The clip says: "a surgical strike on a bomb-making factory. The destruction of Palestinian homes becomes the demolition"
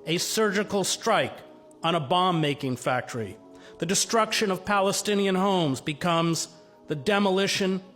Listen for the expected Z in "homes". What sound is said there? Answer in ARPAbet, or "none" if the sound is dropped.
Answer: Z